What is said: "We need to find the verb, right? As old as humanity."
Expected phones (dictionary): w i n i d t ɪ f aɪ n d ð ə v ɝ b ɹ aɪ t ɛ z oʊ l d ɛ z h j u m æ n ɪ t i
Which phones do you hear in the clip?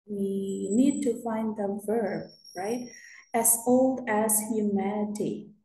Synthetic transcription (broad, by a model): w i n i d t ɪ f aɪ n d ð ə v ɝ b ɹ aɪ t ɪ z oʊ l d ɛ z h j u m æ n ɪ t i